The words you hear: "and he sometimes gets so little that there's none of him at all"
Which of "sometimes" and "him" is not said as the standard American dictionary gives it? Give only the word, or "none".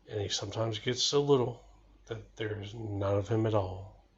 none